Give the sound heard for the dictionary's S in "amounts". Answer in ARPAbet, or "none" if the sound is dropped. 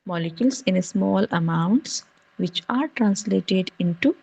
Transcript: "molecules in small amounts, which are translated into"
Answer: S